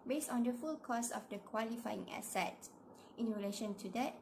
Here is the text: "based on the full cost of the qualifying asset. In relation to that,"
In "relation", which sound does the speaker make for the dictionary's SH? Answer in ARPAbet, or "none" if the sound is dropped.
SH